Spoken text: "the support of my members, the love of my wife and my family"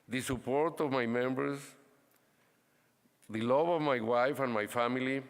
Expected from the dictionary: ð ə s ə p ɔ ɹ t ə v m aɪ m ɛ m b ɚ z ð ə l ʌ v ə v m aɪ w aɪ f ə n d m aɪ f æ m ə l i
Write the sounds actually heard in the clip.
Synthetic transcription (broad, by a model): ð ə s ə p ɔ ɹ t ə v m aɪ m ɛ m b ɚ s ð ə l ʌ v ə v m aɪ w aɪ f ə n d m aɪ f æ m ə l i